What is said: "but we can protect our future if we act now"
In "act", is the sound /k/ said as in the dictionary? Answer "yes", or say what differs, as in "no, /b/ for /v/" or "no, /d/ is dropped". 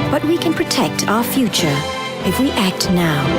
yes